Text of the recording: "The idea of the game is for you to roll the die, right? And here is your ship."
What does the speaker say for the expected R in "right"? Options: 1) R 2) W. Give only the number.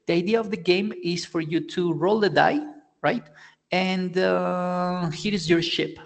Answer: 1